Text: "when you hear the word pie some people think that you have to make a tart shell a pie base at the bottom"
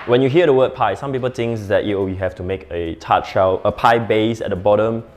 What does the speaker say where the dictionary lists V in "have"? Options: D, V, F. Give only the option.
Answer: F